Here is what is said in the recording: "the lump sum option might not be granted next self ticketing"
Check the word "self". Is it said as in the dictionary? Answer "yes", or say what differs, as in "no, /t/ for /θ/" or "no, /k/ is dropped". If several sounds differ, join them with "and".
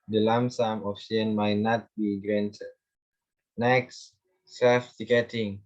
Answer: no, /l/ is dropped